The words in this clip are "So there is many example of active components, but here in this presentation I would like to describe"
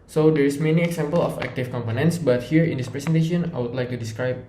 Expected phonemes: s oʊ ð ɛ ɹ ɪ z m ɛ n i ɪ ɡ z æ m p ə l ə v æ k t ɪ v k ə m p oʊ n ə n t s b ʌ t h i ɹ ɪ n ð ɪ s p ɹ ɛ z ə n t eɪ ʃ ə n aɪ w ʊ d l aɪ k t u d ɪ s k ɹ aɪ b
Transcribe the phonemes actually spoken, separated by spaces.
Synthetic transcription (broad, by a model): s oʊ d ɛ ɹ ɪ s m ɛ n i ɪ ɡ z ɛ m p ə l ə f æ k t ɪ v k ə m p oʊ n ə n t s b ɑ t h i ɹ ɪ n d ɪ s p ɹ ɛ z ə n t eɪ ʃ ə n aɪ w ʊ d l aɪ k t u d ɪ s k ɹ aɪ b